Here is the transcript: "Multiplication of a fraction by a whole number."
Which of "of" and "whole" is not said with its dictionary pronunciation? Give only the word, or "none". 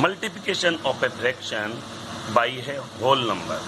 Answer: of